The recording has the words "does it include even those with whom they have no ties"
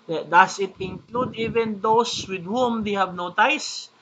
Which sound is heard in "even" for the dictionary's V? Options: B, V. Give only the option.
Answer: V